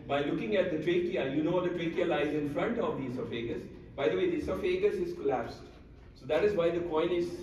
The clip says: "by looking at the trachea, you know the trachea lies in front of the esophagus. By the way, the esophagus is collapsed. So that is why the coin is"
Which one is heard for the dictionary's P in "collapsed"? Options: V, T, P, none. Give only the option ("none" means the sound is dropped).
P